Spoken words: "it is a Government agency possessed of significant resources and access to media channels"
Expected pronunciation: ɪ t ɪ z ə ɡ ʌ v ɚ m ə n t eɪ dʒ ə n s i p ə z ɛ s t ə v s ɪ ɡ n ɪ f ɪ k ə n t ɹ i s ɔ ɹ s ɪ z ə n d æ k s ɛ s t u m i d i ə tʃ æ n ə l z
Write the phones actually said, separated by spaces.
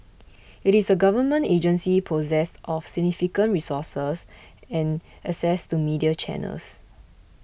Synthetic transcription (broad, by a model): ɪ t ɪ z ə ɡ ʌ v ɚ m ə n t eɪ dʒ ə n s i p ə z ɛ s t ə f s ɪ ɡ n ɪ f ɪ k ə n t ɹ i s ɔ s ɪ s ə n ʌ s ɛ s t u m i d i ə tʃ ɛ n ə l s